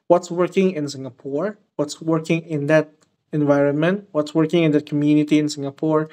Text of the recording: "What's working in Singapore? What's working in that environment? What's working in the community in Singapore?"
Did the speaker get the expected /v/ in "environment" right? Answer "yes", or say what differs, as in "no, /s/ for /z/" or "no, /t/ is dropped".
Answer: yes